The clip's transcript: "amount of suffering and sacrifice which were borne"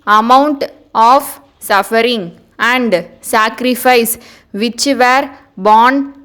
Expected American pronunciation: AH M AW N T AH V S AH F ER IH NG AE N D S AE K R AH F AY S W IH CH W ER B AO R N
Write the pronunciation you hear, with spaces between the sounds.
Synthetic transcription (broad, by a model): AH M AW N T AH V S AH F ER IH NG AE N D S AE K R AH F AY S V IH CH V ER B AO N